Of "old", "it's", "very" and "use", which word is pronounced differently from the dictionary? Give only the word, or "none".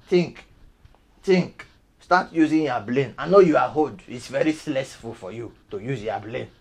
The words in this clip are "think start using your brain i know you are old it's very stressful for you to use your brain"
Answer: old